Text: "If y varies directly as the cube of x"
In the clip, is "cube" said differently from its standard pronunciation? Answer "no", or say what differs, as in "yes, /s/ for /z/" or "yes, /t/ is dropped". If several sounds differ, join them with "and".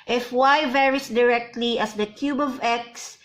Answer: no